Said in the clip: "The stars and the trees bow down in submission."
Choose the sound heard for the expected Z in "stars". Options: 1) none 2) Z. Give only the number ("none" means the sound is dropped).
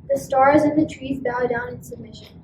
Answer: 2